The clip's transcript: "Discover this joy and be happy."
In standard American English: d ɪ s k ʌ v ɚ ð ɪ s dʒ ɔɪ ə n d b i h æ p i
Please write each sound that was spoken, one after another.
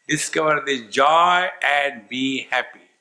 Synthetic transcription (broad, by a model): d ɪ s k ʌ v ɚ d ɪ dʒ ɔɪ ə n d b i h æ p i